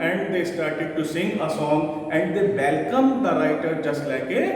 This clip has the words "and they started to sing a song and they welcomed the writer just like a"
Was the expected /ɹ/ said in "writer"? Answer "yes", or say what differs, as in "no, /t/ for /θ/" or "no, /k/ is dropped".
yes